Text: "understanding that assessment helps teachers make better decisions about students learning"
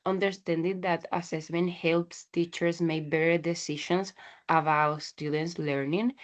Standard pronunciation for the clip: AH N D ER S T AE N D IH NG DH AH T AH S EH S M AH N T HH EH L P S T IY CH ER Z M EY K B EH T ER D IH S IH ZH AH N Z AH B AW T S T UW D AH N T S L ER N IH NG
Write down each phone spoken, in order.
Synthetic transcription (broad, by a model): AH N D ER S T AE N D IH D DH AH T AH S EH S M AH N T HH EH L P S T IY CH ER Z M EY B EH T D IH S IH SH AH N S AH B AW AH S T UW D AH N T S L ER N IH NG